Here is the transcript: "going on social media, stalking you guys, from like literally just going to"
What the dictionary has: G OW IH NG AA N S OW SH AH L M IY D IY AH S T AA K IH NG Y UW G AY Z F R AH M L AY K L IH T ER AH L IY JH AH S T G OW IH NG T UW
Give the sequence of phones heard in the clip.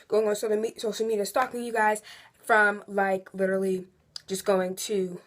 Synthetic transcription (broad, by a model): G OW IH NG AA N S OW S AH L M IY D IY AH S T AA K IH NG Y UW G AY Z F R AH M L AY K L IH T ER L IY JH AH S G OW IH NG T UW